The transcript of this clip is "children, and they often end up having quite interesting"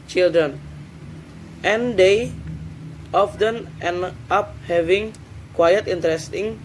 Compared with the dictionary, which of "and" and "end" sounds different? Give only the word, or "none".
end